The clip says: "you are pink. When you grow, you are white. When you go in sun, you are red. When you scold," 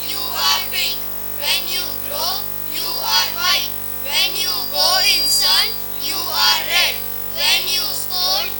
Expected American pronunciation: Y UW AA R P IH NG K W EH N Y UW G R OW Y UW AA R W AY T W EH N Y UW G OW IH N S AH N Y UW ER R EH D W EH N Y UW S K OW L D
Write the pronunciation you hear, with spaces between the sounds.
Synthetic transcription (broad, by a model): Y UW AA R B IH K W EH N Y UW G R OW Y UW AA R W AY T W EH N Y UW G OW IH N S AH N Y UW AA R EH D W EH N Y UW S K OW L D